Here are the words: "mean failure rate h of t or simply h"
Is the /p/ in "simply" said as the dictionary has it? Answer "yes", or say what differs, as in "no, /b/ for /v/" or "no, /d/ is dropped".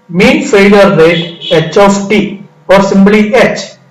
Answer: no, /b/ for /p/